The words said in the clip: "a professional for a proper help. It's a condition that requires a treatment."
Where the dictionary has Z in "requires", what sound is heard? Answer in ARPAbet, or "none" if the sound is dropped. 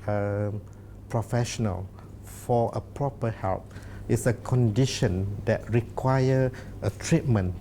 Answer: none